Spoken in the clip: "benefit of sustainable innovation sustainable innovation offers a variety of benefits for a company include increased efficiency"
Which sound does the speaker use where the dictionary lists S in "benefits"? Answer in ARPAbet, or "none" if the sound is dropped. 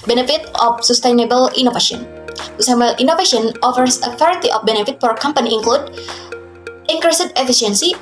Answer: none